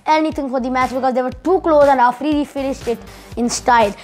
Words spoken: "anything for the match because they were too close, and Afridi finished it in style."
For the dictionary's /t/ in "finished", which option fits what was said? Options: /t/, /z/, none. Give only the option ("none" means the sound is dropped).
/t/